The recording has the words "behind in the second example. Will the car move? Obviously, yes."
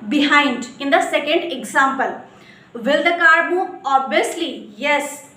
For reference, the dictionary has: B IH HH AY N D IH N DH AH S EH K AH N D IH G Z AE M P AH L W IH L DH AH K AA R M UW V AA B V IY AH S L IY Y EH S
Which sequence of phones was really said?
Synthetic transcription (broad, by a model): B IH HH AY N D IH N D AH S EH K AH N D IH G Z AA M P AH L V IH L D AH K AA R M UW AA B V IY AH S L IY Y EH S